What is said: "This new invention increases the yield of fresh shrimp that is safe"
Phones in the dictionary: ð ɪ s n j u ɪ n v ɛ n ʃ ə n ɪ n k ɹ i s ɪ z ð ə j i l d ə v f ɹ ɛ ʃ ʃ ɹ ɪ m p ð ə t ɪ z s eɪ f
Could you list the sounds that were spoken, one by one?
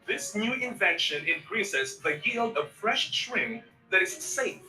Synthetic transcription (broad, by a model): ð ɪ s n j u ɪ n v ɛ n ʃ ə n ɪ n k ɹ i s ɪ z ð ə j i l d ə f ɹ ɛ ʃ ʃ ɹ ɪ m ð ə t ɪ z s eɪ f